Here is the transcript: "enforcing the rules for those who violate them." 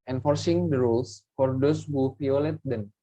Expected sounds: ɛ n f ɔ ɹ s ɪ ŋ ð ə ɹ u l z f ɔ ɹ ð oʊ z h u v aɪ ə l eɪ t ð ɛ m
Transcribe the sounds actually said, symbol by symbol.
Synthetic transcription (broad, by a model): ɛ n f ɔ ɹ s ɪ ŋ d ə ɹ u l s f ɔ ɹ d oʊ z h u f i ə l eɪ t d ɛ m